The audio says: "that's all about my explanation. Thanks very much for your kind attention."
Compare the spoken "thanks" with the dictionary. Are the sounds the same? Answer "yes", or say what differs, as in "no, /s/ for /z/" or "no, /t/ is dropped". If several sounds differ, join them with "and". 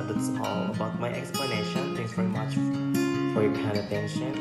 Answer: no, /k/ is dropped